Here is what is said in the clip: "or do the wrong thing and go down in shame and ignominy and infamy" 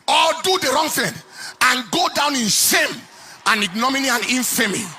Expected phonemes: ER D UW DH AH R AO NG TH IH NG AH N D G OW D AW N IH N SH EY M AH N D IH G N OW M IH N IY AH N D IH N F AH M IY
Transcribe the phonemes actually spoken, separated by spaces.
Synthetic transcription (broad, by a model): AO D UW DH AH R AO NG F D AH N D G OW D AW N IH N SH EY M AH N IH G N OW M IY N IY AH N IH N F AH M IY